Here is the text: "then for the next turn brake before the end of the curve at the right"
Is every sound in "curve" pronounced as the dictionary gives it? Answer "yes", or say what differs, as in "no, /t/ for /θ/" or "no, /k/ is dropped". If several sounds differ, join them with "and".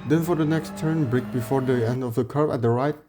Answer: no, /b/ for /v/